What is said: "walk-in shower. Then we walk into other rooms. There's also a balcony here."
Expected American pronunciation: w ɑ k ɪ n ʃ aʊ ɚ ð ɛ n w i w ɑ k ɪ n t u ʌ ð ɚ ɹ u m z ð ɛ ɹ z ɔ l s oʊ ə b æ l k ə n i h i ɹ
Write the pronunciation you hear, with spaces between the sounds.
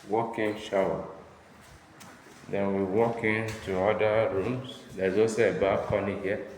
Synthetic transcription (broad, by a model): w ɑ k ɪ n ʃ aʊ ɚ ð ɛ n w i w ɑ k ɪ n t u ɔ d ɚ ɹ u m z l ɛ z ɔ s ə b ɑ k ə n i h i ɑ